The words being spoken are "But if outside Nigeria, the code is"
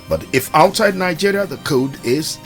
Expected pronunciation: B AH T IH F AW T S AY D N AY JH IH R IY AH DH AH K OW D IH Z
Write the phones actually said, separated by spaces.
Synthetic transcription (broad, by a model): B AH T IH F AW T S AY D N AY JH IH R IY AH DH AH K OW D IH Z